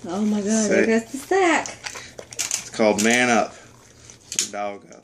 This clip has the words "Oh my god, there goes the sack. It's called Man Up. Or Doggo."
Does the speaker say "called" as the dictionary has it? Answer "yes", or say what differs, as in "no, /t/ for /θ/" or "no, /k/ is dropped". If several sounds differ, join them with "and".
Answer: yes